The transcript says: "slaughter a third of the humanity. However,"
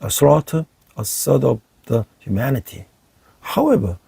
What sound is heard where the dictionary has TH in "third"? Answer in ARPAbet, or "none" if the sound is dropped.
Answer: S